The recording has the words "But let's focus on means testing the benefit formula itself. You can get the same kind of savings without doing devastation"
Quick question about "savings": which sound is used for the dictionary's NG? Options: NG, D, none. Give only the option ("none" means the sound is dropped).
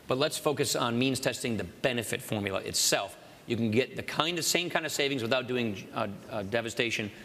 NG